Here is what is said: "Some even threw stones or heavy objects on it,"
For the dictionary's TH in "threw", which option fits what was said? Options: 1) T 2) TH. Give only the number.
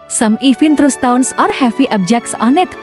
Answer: 1